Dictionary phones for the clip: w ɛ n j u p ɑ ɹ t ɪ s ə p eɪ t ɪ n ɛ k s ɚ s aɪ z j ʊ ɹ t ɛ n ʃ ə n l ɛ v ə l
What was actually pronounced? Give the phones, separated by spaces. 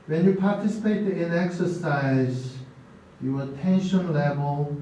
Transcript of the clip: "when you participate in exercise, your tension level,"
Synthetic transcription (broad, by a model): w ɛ n j u p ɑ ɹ t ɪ s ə p eɪ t ɪ n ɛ k s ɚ s aɪ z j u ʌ t ɛ n ʃ ə n l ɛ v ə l